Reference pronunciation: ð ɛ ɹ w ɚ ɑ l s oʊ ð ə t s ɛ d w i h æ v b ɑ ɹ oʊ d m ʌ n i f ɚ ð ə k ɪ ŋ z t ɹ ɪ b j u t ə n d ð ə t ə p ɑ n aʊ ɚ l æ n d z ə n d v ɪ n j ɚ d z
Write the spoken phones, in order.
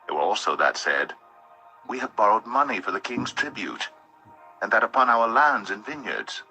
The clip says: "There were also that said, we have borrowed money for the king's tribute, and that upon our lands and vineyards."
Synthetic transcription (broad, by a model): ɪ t w ɚ ɑ l s oʊ ð ə t s ɛ d w i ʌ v b ɑ ɹ oʊ d m ʌ n i f ɚ ð ə k ɪ ŋ z t ɹ ɪ b j u t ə n ð ə t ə p ɑ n aʊ ɚ l æ n d z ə n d v ɪ n j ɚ d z